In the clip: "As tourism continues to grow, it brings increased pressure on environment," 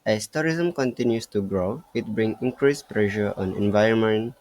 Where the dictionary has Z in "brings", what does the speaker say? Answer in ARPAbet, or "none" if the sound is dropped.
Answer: none